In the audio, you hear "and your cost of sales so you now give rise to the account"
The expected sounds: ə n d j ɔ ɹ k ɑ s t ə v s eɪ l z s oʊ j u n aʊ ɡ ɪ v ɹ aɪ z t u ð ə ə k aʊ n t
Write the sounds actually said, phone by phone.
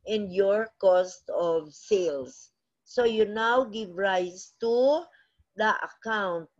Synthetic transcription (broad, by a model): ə n d j ɔ ɹ k ɑ s t ə v s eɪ l s oʊ j u n aʊ ɡ ɪ v ɹ aɪ s t u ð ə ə k aʊ n t